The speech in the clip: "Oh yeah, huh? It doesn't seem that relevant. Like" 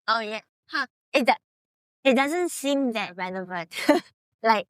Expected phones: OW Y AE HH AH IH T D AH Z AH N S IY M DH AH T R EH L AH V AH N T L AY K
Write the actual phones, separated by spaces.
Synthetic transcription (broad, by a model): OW Y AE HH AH IH T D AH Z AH N S IY M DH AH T R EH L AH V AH T L AY K